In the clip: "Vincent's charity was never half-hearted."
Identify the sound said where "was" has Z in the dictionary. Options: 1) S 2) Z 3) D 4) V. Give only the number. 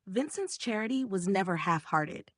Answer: 2